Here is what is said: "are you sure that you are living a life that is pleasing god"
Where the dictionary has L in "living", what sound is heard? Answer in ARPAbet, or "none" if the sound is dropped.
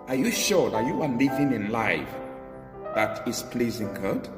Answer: L